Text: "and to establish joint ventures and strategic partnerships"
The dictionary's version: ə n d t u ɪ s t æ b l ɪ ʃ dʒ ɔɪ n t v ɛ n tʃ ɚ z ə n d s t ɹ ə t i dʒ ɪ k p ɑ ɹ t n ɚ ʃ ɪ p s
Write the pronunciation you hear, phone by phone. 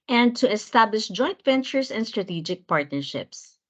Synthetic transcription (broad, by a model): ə n d t u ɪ s t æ b l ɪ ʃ dʒ ɔɪ n t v ɛ n tʃ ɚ s ə n d s t ɹ ə t i dʒ ɪ k p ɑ ɹ t n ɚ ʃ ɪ p s